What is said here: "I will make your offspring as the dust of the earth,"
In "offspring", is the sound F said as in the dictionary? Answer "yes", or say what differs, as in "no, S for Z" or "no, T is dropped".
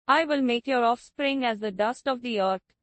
yes